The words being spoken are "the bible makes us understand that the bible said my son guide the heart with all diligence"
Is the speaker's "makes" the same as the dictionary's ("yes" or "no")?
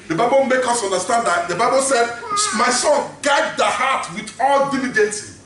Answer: no